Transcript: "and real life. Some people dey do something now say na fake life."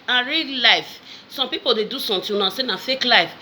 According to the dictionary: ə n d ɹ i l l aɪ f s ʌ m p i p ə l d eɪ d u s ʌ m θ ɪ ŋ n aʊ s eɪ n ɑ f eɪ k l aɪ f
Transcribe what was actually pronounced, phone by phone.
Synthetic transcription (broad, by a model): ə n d ɹ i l l aɪ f s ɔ m p i p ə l d eɪ d u s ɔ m t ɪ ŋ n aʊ s eɪ n ɑ f eɪ k l aɪ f